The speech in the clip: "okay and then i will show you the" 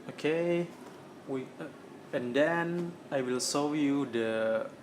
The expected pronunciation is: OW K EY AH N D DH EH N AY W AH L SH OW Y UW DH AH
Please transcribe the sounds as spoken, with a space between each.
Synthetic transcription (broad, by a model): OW K EY AH N D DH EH N AY W AH L S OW Y UW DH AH